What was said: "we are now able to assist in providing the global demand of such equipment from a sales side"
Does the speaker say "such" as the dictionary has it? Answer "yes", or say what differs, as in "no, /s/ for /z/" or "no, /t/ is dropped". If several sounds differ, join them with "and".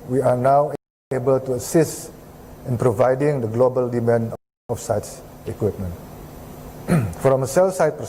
no, /s/ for /tʃ/